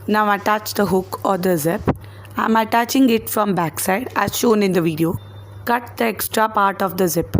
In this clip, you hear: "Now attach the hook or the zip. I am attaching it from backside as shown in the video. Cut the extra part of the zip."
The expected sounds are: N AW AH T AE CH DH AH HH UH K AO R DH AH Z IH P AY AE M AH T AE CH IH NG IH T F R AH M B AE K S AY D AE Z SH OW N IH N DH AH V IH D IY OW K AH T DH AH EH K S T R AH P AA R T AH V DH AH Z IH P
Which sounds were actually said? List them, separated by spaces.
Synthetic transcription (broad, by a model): N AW AH T AE CH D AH HH UH K AO R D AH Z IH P AY M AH T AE CH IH NG IH T F R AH M B AE K S AY D AE Z SH OW N IH N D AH V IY D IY OW K AH T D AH EH K S T R AH P AA R T AH V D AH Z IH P